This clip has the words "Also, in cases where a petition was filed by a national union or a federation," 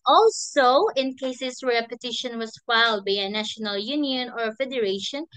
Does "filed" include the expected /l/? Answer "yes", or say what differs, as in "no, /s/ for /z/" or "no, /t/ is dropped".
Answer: yes